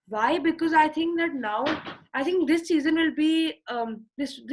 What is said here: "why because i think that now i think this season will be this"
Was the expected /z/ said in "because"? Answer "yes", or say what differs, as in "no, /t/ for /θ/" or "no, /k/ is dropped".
yes